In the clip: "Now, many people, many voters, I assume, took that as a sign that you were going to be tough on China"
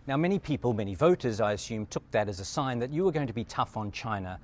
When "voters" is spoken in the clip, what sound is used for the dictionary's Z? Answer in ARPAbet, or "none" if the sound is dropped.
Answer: Z